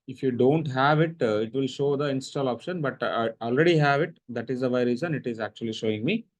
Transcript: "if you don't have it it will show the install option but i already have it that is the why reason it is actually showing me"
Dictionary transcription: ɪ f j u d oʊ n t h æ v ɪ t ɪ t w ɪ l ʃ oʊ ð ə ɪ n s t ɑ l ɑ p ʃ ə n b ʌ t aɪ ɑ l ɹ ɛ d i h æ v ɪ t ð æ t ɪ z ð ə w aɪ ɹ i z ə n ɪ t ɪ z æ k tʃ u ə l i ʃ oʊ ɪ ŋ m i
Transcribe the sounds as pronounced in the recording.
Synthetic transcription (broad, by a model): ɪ f j u d oʊ n t h æ v ɪ t ɪ t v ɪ l ʃ oʊ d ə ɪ n s t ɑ l ɑ p ʃ ə n b ʌ t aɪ ɑ l ɹ ɛ d i h æ v ɪ t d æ t ɪ z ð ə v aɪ ɹ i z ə n ɪ t ɪ z æ k tʃ u ə l i ʃ oʊ ɪ ŋ m i